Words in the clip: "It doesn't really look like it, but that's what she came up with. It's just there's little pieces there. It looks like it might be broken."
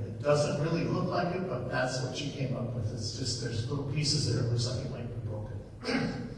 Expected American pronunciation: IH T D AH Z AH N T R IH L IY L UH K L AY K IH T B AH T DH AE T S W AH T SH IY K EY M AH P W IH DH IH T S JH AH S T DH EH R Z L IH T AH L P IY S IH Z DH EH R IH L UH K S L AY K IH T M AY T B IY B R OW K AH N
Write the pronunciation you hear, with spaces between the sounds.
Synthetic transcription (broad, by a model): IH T D AH Z AH N T R IH L IY L UH K L AY K IH T B AH T DH AE T S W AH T SH IY K EY M AH P W IH DH IH T S JH AH S T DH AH R Z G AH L P IY S IH Z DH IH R IH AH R S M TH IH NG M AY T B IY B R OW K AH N